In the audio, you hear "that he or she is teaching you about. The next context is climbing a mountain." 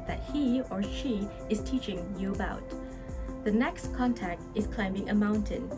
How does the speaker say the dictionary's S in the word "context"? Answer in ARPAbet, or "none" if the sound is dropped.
none